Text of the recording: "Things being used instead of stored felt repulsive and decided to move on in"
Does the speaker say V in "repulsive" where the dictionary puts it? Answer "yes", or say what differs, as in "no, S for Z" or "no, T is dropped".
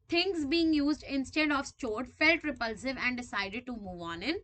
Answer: yes